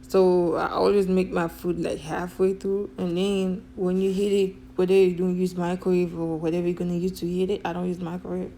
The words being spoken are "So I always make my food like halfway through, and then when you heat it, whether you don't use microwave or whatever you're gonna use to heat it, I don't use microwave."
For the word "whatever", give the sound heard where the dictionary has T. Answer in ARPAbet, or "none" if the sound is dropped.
T